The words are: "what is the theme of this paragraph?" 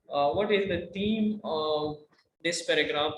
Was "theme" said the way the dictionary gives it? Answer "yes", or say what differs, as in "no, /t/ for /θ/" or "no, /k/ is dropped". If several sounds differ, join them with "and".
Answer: no, /t/ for /θ/